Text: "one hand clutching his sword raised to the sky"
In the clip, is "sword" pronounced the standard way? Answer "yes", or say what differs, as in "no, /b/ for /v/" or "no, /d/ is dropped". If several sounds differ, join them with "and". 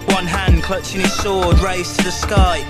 no, /ʃ/ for /s/